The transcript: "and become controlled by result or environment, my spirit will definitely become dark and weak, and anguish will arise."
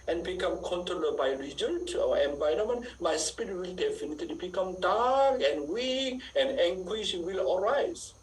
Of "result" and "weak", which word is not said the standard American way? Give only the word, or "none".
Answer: result